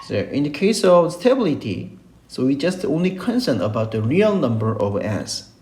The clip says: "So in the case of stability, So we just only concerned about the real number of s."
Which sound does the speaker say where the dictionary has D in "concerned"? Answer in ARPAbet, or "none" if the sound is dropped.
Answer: none